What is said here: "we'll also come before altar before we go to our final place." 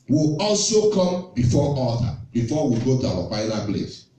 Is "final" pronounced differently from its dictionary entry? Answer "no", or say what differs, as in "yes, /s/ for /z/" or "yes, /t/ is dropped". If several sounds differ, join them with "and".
yes, /l/ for /n/